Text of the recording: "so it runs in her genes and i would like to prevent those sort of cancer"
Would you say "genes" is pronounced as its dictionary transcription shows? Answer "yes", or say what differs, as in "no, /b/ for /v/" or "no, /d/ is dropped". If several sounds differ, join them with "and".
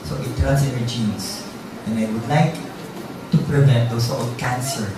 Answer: no, /s/ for /z/